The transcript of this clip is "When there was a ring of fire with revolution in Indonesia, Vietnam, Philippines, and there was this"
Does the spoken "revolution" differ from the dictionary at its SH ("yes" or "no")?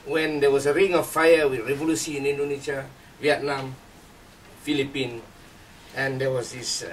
yes